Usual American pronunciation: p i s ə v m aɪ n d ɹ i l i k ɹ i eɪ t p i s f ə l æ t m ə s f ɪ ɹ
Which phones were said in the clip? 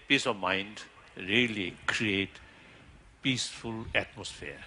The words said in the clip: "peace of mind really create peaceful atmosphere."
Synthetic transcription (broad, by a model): p i s ə v m aɪ n d ɹ i l i k ɹ i eɪ t p i s f ə l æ t m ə s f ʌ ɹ